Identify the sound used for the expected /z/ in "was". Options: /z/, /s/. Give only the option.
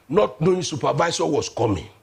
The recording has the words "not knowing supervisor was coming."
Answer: /s/